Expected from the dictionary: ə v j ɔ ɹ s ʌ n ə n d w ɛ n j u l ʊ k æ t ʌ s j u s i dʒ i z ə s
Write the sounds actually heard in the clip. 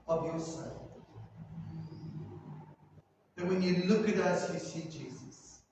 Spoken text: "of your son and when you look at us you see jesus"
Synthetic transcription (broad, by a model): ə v j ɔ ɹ s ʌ ə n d w ɛ n j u l ʊ k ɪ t ʌ s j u s i dʒ i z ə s